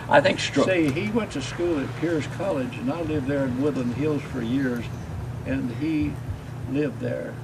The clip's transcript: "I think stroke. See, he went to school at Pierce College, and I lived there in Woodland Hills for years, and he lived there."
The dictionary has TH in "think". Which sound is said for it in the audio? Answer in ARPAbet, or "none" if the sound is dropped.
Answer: TH